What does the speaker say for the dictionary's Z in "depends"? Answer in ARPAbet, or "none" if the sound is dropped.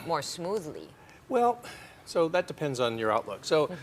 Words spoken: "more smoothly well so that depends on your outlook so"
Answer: Z